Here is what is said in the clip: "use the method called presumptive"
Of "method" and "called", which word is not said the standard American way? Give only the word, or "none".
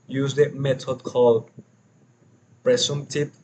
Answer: method